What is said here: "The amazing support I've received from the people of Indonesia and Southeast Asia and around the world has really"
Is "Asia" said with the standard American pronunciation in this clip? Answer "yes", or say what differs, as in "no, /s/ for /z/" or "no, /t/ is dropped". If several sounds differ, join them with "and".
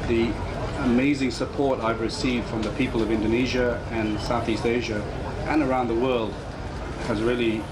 yes